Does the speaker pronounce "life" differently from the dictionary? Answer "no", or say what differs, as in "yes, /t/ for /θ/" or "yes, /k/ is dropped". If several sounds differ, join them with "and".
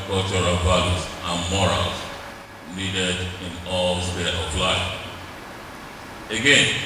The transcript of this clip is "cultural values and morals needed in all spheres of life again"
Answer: yes, /f/ is dropped